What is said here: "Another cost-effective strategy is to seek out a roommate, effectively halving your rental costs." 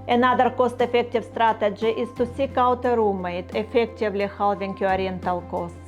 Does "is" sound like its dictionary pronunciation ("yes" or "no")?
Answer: no